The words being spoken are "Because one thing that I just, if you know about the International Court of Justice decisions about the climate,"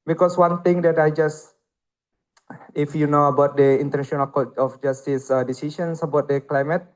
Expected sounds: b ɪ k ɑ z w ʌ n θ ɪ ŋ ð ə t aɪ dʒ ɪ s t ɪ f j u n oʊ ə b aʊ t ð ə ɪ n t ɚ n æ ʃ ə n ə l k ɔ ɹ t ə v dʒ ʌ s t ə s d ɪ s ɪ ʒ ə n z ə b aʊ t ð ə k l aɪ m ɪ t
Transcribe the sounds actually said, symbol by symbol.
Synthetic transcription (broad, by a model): b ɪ k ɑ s w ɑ n t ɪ ŋ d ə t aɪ dʒ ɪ s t ɪ f j u n oʊ ə b aʊ t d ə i n t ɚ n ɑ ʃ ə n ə l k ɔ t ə f dʒ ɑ s t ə s d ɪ s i ʃ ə n s ə b aʊ t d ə k l aɪ m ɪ t